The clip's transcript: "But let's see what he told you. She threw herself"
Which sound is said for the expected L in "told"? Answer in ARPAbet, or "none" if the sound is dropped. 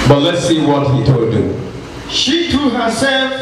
none